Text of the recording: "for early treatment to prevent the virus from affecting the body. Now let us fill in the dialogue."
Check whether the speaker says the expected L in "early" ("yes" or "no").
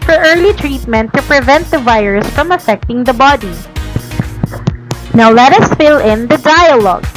yes